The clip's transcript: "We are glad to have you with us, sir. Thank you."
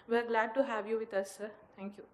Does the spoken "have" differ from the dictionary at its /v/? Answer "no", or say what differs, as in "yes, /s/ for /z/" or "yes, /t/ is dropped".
no